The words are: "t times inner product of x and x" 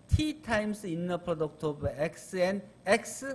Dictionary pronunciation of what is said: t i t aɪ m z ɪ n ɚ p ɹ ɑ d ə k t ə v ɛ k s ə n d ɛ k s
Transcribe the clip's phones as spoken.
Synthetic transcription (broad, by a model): t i t aɪ m s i n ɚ p ɹ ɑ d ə k t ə b ɛ k s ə n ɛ k s